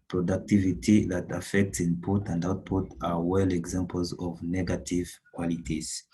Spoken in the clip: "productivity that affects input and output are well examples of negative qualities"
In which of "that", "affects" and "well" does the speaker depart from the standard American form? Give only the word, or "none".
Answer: none